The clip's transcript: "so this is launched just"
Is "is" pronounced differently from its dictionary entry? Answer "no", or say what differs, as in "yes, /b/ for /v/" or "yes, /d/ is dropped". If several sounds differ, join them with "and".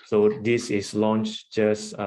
yes, /s/ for /z/